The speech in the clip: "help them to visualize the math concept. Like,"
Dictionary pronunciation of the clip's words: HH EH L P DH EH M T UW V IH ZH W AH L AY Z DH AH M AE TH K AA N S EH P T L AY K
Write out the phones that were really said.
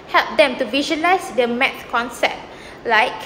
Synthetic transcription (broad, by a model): HH EH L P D EH M T UW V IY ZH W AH L AY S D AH M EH T K AA N S EH P T L AY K